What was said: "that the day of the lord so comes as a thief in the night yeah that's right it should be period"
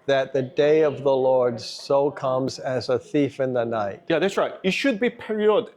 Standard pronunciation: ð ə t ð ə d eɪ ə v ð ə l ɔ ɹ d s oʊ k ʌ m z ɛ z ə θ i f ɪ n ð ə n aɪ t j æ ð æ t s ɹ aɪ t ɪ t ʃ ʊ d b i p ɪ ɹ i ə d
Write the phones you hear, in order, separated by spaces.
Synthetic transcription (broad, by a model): ð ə t ð ə d eɪ ə v ð ə l ɔ ɹ d s oʊ k ʌ m z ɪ z ə θ i f ɪ n ð ə n aɪ t j æ ð æ t s ɹ aɪ t ɪ t ʃ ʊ d b i p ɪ ɹ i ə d